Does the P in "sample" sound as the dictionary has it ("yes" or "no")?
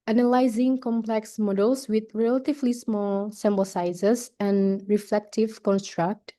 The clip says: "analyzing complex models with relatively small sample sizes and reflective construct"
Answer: no